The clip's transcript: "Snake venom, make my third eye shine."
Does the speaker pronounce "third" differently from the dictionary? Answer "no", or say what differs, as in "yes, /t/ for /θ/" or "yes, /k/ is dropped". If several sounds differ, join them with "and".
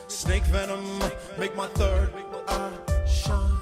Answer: no